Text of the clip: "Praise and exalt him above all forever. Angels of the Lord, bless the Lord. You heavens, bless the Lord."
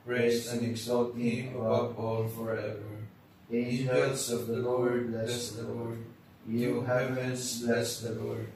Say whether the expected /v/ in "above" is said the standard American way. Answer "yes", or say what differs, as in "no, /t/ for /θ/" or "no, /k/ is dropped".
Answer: no, /b/ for /v/